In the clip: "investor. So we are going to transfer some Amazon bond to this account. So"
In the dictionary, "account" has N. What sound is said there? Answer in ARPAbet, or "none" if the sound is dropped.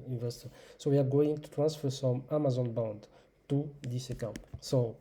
none